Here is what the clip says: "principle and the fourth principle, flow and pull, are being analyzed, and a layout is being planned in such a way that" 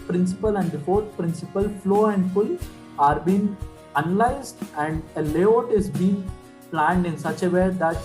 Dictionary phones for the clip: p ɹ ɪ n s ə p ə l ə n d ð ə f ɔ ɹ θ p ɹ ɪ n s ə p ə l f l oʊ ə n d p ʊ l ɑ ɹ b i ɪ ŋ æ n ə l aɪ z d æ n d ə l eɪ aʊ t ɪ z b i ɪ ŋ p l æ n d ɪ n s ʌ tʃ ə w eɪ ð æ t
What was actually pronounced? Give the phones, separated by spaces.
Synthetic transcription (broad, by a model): p ɹ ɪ n s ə p ə l ə n d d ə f ɔ ɹ t p ɹ ɪ n s ə p ə l f l oʊ ə n d f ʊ l ɑ ɹ b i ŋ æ n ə l aɪ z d æ n d ə l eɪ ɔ t ɪ z b i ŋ p l æ n d ɪ n s ʌ tʃ ə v eɪ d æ t